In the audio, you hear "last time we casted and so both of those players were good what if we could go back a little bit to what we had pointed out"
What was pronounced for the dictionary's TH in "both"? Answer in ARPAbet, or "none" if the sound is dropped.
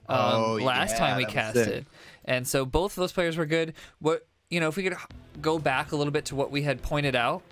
TH